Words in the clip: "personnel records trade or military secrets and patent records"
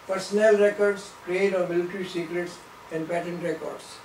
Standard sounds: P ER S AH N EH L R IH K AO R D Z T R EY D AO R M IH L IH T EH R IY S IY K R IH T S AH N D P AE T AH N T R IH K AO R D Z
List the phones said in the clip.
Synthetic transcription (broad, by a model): P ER S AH N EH L R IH K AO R D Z T R EY D AO R M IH L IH T R IY S IY K R IH T S AH N D P AE T AH N T R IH K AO R D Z